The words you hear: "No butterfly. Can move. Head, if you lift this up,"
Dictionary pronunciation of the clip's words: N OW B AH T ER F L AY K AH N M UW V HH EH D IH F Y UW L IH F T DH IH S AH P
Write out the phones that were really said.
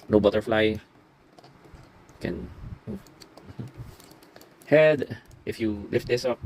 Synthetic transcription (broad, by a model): N OW B AH T ER F L AY K AH N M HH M HH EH D IH F Y UW L IH F T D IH S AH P